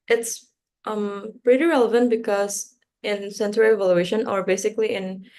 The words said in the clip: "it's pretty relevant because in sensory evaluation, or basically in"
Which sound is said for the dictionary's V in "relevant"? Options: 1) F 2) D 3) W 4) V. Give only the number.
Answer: 4